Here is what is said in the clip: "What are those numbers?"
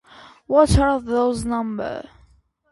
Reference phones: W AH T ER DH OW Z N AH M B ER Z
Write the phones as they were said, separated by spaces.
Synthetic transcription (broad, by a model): W AH T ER DH OW Z N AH M B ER